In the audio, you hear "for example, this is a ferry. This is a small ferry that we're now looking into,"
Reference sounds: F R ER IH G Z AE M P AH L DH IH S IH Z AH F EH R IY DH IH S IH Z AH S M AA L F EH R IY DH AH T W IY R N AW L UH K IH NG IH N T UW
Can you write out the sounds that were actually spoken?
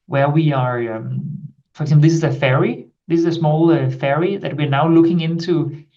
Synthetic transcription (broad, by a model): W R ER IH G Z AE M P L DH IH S IH Z AH F EH R IY DH IH S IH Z AH S M AA L F EH R IY DH AH T W IY R N AW L UH K IH NG IH N T UW